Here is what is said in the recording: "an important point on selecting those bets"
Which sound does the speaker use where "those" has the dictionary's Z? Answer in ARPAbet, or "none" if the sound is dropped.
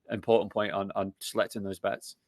Z